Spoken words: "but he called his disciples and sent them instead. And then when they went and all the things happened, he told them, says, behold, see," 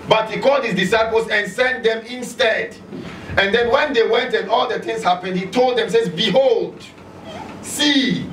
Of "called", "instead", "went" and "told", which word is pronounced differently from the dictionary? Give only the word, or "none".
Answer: none